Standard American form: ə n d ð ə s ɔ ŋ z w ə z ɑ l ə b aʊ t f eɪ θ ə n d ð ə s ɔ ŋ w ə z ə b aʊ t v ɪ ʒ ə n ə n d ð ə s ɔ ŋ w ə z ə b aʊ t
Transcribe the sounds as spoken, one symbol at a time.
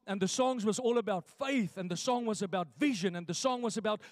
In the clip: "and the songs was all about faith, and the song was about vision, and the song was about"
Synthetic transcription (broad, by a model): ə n ð ə s ɔ ŋ z w ə z ɑ l ə b aʊ t f eɪ θ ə n ð ə s ɔ ŋ w ə z ə b aʊ t v ɪ ʒ ə n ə n ð ə s ɔ ŋ w ə z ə b aʊ t